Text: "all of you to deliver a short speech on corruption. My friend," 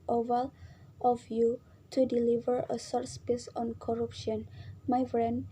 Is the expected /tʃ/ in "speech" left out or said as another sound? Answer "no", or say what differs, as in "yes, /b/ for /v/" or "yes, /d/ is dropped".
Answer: yes, /s/ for /tʃ/